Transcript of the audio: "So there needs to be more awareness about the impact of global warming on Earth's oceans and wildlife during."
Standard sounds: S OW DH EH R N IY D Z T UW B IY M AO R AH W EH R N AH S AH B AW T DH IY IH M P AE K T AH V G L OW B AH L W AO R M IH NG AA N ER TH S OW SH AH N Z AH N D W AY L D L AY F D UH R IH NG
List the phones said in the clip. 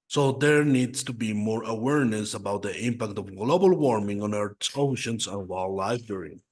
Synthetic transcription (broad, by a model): S OW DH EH R N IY D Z T UW B IY M AO R AH W EH R N AH S AH B AW T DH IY IH M P AE K T AH V G L OW B AH L W AO R M IH NG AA N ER T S OW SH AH N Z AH N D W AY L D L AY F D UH R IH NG